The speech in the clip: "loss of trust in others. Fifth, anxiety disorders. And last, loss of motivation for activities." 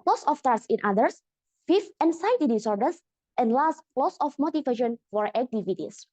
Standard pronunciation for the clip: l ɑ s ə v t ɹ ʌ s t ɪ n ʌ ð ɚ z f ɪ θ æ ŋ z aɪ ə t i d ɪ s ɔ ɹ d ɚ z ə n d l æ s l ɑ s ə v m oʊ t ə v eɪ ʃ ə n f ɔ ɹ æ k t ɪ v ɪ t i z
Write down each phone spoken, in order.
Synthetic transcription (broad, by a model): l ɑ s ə f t ɑ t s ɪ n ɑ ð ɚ s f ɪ f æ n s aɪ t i d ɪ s ɔ ɹ d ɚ s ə n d l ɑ s l ɑ s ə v m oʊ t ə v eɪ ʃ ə n f ɔ ɹ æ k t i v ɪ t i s